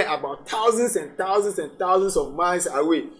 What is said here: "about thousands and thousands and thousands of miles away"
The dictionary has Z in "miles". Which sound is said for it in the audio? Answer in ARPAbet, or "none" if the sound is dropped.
S